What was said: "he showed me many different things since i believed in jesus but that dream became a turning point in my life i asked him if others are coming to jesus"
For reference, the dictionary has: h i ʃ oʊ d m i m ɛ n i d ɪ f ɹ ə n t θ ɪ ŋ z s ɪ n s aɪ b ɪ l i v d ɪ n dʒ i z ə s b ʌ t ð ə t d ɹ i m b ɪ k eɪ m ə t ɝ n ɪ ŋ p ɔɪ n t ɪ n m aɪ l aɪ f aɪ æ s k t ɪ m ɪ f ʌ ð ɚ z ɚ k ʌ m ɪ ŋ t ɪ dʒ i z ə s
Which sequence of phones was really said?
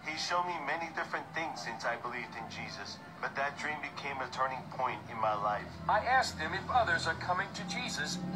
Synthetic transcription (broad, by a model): h i ʃ oʊ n m i m ɛ n i d ɪ f ɹ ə n θ ɪ ŋ z s ɪ n s aɪ b ɪ l i v d ɪ n dʒ i z ə s b ʌ t ð ə t d ɹ i m b ɪ k eɪ m ə t ɝ n ɪ ŋ p ɔɪ n t ɪ n m aɪ l aɪ f aɪ æ s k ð ɪ m ɪ f ʌ ð ɚ z ɚ k ʌ m ɪ ŋ t ɪ dʒ i z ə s